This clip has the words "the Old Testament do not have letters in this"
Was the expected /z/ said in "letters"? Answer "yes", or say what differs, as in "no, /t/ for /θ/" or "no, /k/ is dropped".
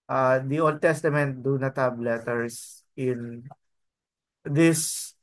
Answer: no, /s/ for /z/